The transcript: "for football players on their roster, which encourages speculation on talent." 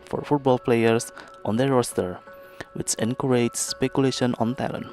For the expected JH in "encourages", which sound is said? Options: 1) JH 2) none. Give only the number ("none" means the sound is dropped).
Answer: 2